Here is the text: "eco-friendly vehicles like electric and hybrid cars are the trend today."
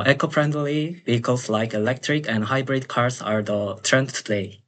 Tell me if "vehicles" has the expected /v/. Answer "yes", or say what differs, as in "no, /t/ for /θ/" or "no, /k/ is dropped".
no, /b/ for /v/